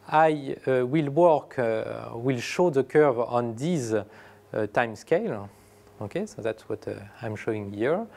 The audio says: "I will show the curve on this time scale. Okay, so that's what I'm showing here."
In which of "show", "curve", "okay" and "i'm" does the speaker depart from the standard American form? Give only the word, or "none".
none